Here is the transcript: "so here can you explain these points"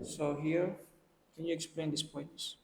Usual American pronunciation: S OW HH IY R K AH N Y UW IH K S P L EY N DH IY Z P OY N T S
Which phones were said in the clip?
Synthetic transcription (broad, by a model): S OW HH IY R K AH N Y UW IH K S P L EY N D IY S P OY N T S